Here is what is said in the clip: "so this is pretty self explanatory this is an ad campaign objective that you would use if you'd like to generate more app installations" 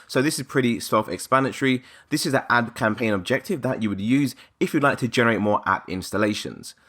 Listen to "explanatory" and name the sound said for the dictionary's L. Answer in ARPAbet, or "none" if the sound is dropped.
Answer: none